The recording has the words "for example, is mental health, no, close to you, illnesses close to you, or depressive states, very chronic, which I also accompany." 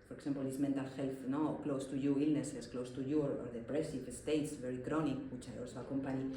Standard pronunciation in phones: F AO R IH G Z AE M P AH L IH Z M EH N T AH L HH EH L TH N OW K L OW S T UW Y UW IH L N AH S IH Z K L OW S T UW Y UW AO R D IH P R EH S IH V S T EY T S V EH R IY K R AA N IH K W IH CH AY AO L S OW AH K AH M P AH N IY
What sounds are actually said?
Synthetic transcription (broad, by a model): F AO R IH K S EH M P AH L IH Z M EH N T AH L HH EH L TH N OW K L OW S T UW Y UW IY L N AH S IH S K L OW S T UW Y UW AO R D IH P R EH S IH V S T EY T S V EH R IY K R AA N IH K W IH CH AY AO L S OW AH K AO M P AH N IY